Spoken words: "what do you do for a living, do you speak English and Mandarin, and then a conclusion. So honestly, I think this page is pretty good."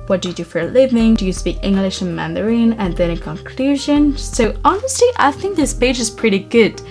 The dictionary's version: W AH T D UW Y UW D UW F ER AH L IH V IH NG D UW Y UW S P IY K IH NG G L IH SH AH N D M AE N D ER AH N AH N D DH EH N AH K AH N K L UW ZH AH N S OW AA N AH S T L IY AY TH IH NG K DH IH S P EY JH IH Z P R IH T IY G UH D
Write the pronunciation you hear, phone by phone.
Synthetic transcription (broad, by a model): W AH T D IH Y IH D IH F ER L IH V IH NG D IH Y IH S P IY K IH NG G L IH SH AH N M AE N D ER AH N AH N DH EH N AH K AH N K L UW ZH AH N S OW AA N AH S T L IY AY TH IH NG K DH IH S P EY JH IH Z P R IH T IY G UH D